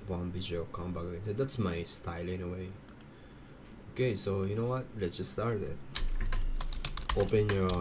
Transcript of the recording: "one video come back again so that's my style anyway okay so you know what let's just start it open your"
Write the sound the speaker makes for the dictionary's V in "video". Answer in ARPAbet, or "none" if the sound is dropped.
B